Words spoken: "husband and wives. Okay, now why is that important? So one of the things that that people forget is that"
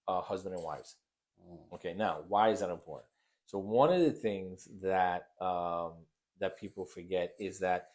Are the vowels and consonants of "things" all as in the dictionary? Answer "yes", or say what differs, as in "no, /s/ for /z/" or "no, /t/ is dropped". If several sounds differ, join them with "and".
yes